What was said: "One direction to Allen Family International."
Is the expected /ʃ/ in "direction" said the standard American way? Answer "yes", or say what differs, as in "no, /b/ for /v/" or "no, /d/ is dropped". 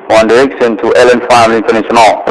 no, /s/ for /ʃ/